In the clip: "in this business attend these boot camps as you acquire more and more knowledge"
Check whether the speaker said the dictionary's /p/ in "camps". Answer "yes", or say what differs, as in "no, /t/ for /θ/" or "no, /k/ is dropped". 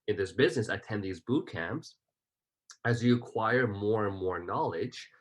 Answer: yes